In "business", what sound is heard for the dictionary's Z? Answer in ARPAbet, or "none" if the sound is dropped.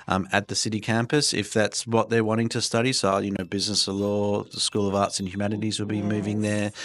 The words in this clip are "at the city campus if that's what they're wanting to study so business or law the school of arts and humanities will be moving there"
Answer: Z